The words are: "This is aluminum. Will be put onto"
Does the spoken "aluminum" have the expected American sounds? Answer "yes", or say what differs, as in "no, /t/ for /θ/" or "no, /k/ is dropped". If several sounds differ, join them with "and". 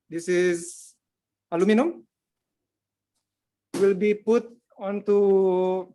yes